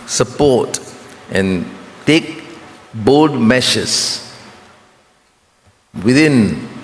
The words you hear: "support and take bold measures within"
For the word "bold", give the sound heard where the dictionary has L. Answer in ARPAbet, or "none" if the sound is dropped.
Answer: none